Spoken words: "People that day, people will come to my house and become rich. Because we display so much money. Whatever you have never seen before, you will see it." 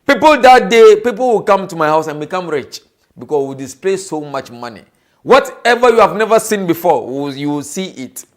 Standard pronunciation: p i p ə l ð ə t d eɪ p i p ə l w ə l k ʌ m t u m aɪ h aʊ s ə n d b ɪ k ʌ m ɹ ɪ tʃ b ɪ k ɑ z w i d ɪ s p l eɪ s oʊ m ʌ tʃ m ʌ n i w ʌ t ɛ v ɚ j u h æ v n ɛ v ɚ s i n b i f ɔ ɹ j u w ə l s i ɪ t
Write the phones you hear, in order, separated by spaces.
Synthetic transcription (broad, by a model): p i p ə l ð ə t d eɪ p i p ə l w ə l k ʌ m t u m aɪ h aʊ s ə n b ɪ k ʌ m ɹ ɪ tʃ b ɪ k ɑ s w i d ɪ s p l eɪ s oʊ m ʌ tʃ m ʌ n i w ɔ t ɛ v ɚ j u h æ v n ɛ v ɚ s i n b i f ɔ w j u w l s i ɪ t